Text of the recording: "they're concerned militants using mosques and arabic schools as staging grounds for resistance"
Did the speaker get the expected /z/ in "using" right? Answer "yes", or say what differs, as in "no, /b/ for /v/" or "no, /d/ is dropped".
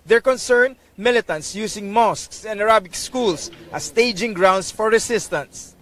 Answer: no, /s/ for /z/